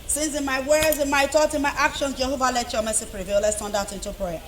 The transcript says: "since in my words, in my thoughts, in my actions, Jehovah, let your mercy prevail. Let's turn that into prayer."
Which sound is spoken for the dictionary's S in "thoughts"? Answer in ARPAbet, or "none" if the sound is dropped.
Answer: none